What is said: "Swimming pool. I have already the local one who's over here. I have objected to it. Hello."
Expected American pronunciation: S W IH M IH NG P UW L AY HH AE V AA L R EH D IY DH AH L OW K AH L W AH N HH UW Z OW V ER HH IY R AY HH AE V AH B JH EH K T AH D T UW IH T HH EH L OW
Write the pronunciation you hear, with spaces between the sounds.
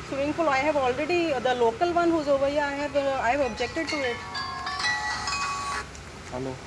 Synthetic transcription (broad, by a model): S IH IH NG F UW L AY HH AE V AA L R EH D IY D AH L OW K AH L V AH N HH UW Z OW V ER HH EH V AY HH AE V AH B JH EH K T AH D T UW IH T HH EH L OW